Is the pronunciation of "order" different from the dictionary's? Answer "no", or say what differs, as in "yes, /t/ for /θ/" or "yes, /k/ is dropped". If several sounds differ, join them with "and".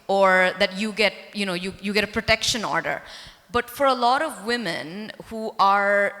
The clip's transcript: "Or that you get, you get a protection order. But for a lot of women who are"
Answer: no